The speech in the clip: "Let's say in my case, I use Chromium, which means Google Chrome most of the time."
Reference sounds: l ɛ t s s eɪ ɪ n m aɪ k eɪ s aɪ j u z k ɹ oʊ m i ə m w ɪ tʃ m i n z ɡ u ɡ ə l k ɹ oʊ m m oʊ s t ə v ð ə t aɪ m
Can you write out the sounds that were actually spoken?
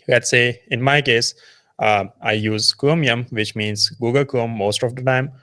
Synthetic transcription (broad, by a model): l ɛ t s s eɪ ɪ n m aɪ k eɪ s aɪ j u z k oʊ m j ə m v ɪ tʃ m i n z ɡ u ɡ ə l k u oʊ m m oʊ s t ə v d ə t aɪ m